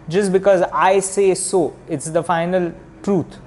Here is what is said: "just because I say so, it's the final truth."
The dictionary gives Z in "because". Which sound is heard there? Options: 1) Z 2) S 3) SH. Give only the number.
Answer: 1